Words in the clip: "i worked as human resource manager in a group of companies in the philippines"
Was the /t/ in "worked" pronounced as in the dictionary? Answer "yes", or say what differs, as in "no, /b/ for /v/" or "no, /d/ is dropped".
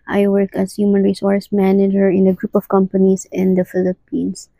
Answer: no, /t/ is dropped